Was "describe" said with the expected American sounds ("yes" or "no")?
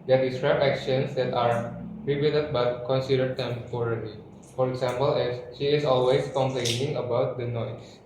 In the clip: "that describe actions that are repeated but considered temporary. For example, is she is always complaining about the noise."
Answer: no